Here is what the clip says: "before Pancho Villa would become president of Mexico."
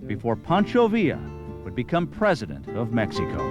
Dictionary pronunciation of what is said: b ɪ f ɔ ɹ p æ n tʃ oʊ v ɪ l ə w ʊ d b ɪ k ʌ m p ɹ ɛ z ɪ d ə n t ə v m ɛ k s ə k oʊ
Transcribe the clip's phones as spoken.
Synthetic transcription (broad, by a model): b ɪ f ɔ ɹ p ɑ n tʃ oʊ v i ə w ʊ d b ɪ k ʌ m p ɹ ɛ z ɪ d ə n t ə v m ɛ k s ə k oʊ